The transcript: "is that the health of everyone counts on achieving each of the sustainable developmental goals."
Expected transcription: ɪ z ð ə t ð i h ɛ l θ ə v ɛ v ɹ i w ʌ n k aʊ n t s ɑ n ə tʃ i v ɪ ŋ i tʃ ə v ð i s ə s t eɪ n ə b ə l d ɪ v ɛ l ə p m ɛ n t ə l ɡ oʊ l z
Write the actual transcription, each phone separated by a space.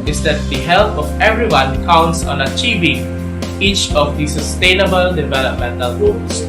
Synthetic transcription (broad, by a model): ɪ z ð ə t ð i h ɛ l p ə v ɛ v ɹ i w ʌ n k aʊ n t s ɑ n ə tʃ i v ɪ ŋ i tʃ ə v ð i s ə s t eɪ n ə b ə l d ɪ v ɛ l ə p m ɛ n t ə l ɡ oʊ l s